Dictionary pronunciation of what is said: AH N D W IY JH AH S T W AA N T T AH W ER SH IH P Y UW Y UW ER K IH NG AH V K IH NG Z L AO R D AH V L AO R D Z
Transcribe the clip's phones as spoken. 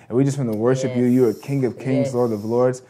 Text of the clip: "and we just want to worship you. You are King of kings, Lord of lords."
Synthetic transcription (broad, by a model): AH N W IY JH AH S T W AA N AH W ER SH IH P Y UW Y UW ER K IH NG AH V K IH NG Z L AO R D AH V L AO R D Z